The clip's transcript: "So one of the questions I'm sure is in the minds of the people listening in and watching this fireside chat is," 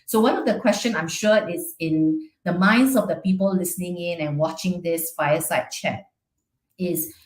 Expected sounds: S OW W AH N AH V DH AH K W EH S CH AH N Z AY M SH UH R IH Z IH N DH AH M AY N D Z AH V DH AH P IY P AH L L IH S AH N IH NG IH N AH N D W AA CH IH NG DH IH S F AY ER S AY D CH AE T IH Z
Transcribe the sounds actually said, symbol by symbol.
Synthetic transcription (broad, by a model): S OW W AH N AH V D AH K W EH S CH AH N AY M SH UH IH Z IH N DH AH M AY N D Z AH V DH AH P IY P AH L L IH S AH N IH NG IH N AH N W AA CH IH NG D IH S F AY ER S AY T CH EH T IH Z